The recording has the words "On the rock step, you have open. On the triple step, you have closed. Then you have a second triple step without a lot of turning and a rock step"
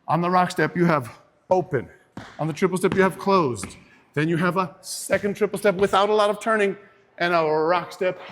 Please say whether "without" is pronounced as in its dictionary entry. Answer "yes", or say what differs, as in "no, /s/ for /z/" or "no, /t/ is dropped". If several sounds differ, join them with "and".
yes